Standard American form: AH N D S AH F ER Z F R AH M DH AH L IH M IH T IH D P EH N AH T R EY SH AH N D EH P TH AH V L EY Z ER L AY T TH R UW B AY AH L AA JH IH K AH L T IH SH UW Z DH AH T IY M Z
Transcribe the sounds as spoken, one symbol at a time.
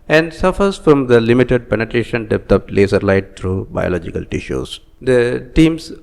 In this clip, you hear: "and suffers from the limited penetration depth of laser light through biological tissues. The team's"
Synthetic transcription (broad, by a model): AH N D S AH F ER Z F R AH M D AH L IH M IH T IH D P EH N AH T R EY SH AH N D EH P T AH P L EY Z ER L AY T T R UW B AY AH L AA JH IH K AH L T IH SH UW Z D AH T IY M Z